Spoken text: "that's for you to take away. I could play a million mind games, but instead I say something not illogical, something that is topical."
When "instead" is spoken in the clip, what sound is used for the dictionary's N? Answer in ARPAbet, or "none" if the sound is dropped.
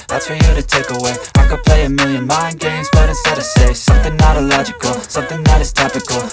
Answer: none